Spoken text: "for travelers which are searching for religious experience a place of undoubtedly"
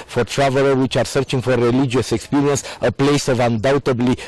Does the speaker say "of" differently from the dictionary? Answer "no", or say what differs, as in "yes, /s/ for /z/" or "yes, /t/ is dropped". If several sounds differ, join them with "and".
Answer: no